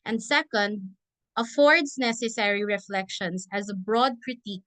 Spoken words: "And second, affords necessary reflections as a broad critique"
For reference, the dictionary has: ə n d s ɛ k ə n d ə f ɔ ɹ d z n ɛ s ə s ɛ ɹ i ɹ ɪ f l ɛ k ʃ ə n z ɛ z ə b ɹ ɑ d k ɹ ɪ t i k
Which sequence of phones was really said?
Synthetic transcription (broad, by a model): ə n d s ɛ k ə n d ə f ɔ ɹ d s n ɛ s ə s ɛ ɹ i ɹ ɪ f l ɛ k ʃ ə n s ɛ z ə b ɹ ɑ d k ɹ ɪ t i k